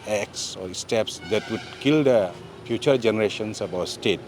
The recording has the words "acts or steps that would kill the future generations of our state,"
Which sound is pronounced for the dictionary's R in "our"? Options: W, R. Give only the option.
W